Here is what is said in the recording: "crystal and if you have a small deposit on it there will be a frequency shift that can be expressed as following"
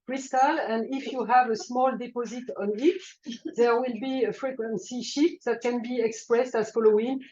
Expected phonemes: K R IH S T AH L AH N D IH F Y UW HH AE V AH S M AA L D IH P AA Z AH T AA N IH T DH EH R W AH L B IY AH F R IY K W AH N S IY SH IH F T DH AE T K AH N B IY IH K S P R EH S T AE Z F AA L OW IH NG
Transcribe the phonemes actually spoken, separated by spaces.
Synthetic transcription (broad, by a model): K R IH S T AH L AH N D IH F Y UW HH AE V AH S M AA L D IH P AA Z AH T AA N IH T DH EH R W AH L B IY AH F R IY K W AH N S IY SH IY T DH AE T K AH N B IY IH K S P R EH S T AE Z F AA L OW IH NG